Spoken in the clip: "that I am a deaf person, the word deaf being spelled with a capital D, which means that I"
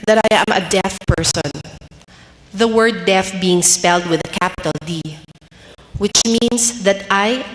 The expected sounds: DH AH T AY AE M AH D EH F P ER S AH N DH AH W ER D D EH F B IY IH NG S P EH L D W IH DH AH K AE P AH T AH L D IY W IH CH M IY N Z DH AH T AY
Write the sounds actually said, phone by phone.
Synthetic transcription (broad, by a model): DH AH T AY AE M AH D EH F P ER S AH N DH AH W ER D D EH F B IY IH NG S P EH L D W IH DH AH K AE P AH T AH L D IY W IH CH M IY N S DH AH T AY